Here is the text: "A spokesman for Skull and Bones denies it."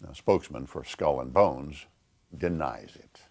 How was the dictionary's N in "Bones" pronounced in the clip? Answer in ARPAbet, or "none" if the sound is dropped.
N